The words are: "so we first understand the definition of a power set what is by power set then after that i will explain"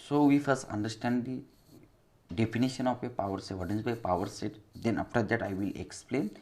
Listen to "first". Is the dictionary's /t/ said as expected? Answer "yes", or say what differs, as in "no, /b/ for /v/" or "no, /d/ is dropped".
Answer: no, /t/ is dropped